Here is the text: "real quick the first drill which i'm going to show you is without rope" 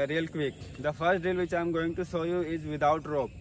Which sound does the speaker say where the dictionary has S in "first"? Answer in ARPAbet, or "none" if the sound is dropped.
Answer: S